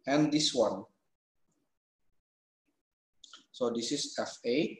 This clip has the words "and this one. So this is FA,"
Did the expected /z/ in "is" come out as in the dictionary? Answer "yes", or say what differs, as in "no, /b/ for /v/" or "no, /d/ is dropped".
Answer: no, /s/ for /z/